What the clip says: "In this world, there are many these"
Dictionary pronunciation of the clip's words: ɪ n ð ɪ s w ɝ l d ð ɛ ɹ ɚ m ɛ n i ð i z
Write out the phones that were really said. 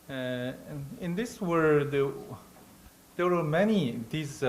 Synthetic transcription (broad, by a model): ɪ n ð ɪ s w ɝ d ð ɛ w ɚ m ɛ n i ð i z